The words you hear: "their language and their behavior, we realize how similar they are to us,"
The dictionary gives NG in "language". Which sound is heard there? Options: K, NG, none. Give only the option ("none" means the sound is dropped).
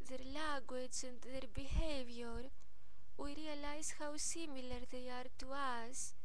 none